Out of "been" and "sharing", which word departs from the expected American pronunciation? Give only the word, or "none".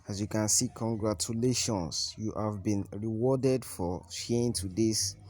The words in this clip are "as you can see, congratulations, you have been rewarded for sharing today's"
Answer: sharing